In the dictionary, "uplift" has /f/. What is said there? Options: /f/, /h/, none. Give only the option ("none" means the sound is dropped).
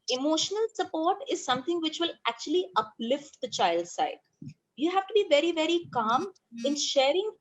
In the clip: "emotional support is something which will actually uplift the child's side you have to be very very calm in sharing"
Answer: /f/